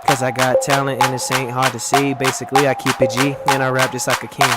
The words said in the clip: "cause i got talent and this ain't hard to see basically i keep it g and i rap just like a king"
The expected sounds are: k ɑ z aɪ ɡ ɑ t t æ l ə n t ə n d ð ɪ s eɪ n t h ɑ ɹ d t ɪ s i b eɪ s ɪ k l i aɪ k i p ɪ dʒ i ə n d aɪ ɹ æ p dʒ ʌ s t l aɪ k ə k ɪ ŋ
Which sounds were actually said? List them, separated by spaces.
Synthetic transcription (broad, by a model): k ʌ z aɪ ɡ ɑ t t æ l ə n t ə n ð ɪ s eɪ n t h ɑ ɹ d t ɪ s i b eɪ s ɪ k l i aɪ k i p ɪ dʒ i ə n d aɪ ɹ æ p dʒ ʌ s t l aɪ k ə k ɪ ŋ